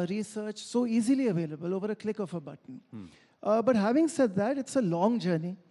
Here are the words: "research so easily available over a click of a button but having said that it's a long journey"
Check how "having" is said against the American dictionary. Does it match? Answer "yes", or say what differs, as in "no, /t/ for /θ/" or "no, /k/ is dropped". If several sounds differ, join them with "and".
yes